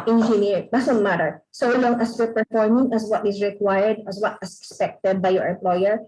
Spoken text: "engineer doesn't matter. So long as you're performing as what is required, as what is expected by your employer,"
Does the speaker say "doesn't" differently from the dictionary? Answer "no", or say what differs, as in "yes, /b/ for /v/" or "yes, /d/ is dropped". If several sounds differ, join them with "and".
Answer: yes, /s/ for /z/